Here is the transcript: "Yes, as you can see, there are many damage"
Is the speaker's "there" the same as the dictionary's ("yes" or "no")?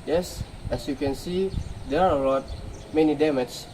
no